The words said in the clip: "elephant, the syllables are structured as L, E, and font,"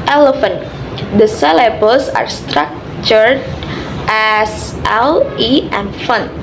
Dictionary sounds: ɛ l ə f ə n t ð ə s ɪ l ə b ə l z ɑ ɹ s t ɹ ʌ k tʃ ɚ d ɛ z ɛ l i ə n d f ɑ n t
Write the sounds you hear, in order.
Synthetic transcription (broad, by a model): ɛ l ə f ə n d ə s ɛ l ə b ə l s ɑ ɹ s t ɹ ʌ k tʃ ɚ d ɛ s ɛ l i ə n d f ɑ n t